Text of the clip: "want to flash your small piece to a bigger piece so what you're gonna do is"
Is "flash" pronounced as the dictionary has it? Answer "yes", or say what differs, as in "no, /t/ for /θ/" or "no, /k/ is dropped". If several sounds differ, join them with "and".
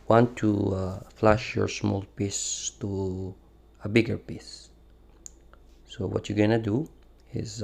yes